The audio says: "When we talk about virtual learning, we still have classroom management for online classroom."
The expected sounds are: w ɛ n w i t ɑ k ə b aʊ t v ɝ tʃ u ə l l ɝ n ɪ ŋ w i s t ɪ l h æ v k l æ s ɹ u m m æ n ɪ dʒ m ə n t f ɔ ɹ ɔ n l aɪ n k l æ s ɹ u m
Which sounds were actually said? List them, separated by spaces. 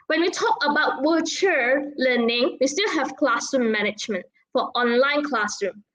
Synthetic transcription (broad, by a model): w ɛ n w i t ɑ k ə b aʊ t w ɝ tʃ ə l l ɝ n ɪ ŋ w i s t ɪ l h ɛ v k l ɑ s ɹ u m m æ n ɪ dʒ m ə n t f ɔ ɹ ɔ n l aɪ n k l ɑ s ɹ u m